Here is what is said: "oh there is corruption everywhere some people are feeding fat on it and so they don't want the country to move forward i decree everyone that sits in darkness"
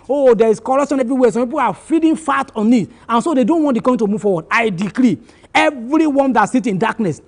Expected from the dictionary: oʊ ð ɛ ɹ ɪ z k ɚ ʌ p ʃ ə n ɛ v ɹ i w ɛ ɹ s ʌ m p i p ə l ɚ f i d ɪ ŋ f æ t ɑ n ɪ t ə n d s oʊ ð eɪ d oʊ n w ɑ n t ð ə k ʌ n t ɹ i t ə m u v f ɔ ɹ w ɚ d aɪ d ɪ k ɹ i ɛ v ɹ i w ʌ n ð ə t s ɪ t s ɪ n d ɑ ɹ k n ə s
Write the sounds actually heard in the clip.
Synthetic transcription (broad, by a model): oʊ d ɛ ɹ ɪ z k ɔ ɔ ʃ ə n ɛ v ɹ i w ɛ s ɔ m p i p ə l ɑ f i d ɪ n f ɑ t ɑ n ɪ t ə n s oʊ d eɪ d oʊ n w ɑ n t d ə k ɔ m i t ə m u v f ɔ w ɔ d aɪ d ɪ k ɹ i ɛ v ɹ i w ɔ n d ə t s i t ɪ n d ɑ k n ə s